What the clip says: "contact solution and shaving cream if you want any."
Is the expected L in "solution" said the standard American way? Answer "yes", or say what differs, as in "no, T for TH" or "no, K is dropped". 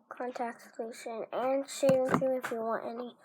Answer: no, L is dropped